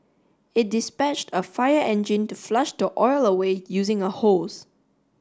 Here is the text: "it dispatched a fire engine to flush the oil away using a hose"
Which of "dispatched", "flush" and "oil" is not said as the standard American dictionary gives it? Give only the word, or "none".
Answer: none